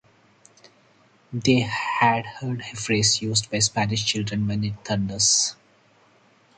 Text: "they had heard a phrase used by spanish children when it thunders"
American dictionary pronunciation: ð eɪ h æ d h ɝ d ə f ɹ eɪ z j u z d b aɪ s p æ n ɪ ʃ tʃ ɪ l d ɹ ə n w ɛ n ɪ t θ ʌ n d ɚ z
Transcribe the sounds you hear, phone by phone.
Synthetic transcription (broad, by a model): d eɪ h æ d h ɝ d ə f ɹ eɪ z j u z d b aɪ s p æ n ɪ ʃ tʃ ɪ l d ɹ ə n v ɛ n ɪ t t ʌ n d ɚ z